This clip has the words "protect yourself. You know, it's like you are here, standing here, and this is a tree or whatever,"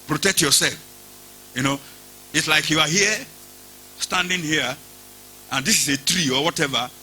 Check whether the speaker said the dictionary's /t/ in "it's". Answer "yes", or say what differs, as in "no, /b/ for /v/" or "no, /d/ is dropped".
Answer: yes